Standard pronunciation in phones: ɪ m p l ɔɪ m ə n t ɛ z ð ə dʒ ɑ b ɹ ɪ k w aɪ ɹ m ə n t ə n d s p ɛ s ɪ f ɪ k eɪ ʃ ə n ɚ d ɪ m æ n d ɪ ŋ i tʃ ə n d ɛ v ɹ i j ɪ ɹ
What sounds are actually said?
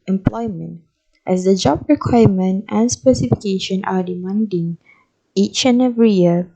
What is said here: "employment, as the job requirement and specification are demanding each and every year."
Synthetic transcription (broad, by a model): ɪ m p l ɔɪ m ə n t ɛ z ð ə dʒ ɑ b ɹ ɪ k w aɪ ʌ m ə n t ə n s p ɛ s ɪ f ɪ k eɪ ʃ ə n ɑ d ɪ m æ n d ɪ ŋ i tʃ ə n ɛ v ɹ i j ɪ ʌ